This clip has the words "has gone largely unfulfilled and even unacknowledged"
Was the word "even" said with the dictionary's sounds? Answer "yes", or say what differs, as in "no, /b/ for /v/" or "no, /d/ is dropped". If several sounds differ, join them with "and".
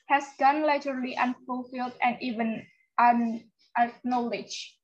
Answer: yes